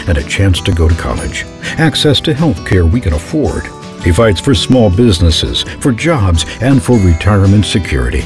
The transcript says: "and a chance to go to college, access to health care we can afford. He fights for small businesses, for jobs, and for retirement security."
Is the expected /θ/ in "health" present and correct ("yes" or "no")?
yes